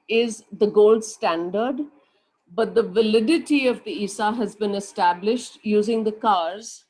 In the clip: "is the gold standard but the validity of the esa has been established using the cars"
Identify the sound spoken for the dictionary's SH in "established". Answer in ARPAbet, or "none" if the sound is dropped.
SH